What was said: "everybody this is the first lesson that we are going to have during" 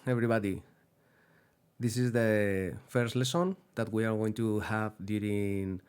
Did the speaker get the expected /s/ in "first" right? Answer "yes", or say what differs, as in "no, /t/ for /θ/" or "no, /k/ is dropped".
yes